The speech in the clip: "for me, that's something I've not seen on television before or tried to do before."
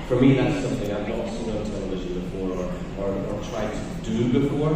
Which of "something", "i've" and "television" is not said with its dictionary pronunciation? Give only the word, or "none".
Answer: none